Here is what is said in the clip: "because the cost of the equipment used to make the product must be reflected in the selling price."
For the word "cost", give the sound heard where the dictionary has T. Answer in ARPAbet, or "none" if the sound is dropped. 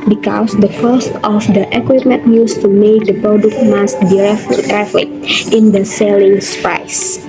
T